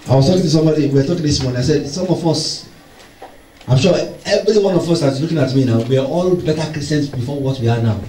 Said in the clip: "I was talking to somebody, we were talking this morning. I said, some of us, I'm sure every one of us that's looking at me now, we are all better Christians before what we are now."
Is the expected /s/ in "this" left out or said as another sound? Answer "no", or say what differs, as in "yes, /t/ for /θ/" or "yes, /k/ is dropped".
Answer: no